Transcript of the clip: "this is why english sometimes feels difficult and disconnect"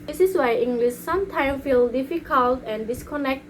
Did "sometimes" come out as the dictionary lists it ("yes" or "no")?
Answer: no